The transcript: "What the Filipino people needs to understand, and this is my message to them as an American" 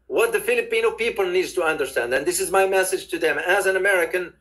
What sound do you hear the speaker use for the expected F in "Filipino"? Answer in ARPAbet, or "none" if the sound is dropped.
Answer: F